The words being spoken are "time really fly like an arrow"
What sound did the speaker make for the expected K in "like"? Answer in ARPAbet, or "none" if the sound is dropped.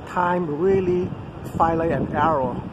none